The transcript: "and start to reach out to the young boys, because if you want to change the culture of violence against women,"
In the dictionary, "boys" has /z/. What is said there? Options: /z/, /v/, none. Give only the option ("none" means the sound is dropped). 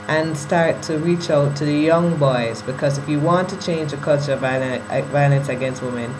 /z/